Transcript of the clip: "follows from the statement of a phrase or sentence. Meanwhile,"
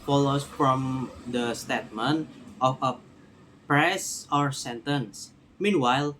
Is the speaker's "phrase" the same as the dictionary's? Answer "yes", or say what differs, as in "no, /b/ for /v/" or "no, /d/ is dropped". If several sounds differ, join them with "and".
no, /p/ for /f/ and /s/ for /z/